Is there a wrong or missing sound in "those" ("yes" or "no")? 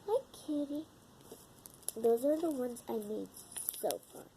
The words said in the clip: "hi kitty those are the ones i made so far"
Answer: no